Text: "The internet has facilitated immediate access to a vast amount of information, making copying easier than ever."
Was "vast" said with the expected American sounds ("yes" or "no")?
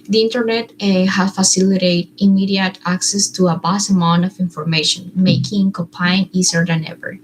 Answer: no